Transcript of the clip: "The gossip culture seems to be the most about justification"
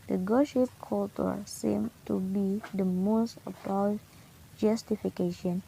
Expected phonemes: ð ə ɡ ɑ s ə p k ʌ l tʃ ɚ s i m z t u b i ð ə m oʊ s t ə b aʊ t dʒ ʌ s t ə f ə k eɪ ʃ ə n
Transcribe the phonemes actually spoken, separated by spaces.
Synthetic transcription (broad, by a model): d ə ɡ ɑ ʃ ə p k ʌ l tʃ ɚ s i m t u b i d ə m oʊ s t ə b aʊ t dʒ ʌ s t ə f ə k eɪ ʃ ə n